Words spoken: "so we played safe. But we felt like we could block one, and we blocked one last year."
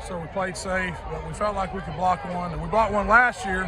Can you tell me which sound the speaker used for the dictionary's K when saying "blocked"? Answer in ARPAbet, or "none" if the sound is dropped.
none